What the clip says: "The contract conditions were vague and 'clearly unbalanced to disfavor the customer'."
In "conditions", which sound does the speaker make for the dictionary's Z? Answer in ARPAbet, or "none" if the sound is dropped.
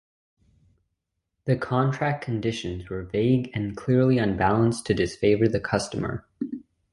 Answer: Z